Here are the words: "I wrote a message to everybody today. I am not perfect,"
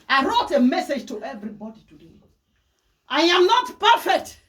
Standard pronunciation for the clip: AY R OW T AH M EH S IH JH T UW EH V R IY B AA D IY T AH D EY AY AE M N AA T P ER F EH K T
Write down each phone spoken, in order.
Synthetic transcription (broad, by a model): AY R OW T AH M EH S IH JH T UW EH V R IY B AA D IY T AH D EY AY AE M N AA T P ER F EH K T